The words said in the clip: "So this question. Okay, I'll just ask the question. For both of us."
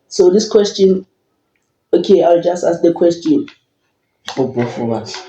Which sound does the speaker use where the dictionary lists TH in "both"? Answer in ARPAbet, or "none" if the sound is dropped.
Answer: F